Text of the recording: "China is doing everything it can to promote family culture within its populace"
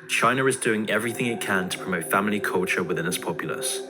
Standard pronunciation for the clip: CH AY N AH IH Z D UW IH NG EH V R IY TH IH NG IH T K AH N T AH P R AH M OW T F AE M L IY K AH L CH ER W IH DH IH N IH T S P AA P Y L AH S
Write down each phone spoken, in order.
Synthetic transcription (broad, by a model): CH AY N AH IH Z D UW IH NG EH V R IY TH IH NG IH T K AH N T AH P R AH M OW T F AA M L IY K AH L CH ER W IH DH IH N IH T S P AA P Y L AH S